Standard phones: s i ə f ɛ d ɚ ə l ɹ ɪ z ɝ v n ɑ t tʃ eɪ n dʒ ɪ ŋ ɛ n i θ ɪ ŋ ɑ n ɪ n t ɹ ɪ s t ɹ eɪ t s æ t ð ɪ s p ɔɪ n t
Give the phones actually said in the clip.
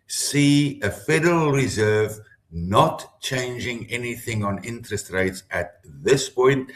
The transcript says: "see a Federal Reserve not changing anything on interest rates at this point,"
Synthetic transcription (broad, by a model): s i ə f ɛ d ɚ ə l ɹ ɪ z ɝ v n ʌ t tʃ eɪ n dʒ ɪ ŋ ɛ n i θ ɪ ŋ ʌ n ɪ n t ɹ ɪ s t ɹ eɪ t s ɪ t ð ɪ s p ɔɪ n t